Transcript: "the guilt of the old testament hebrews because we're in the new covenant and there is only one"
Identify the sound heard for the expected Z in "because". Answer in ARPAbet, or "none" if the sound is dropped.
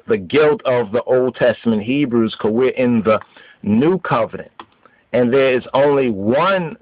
none